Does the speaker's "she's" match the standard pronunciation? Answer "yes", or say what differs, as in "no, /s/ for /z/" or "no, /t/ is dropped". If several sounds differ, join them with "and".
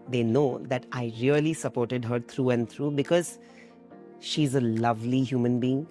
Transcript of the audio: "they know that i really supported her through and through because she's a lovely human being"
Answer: yes